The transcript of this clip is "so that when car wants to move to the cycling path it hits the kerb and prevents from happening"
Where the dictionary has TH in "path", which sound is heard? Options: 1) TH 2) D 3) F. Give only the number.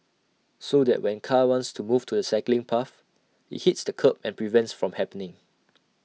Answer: 3